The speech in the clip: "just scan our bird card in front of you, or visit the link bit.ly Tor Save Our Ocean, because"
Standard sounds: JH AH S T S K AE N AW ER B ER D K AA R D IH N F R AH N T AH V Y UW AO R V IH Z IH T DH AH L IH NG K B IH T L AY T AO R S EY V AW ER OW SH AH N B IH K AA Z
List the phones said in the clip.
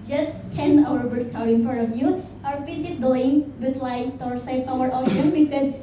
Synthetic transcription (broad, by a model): JH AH S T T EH N AW ER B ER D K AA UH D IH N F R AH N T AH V Y UW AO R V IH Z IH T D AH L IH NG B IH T L AY T AO R S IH P AW ER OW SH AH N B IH K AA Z